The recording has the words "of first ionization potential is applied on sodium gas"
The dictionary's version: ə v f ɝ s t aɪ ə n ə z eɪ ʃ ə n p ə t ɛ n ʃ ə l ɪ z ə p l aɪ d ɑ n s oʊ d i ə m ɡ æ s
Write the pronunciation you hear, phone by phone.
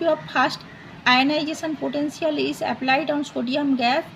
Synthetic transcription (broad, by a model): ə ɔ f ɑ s t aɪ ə n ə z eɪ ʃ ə n p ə t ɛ n s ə l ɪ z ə p l aɪ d ɑ n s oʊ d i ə m ɡ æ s